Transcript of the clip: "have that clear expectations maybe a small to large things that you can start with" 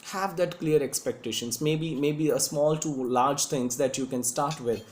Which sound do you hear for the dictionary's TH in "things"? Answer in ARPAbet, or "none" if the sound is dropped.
T